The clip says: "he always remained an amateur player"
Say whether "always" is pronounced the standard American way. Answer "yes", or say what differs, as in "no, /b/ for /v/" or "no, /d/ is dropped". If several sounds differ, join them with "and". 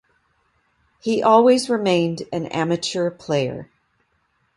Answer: yes